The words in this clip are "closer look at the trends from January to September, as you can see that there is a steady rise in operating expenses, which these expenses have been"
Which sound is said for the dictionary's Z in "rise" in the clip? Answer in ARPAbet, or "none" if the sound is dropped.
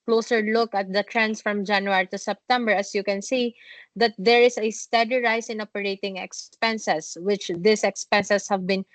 S